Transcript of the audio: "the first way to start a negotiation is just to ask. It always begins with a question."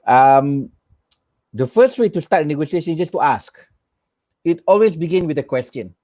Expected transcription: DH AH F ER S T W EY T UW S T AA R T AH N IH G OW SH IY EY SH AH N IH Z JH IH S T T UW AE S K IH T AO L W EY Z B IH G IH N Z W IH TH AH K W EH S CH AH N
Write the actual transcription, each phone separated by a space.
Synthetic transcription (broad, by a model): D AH F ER S T W EY T UW S T AA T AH N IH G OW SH IY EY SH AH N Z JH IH S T T UW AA S K IH T AO L W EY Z B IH G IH N W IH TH AH K W EH S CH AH N